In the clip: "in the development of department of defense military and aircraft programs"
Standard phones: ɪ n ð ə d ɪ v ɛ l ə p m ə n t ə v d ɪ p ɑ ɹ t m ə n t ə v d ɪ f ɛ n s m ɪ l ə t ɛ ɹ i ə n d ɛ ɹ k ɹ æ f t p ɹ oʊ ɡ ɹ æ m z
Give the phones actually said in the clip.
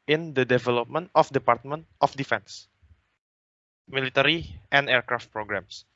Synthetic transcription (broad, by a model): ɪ n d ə d ɪ v ɛ l ə p m ə n t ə f d ɪ p ɑ ɹ t m ə n t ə f d ɪ f ɛ n s m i l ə t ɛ ɹ i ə n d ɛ ɹ k ɹ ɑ f t p ɹ oʊ ɡ ɹ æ m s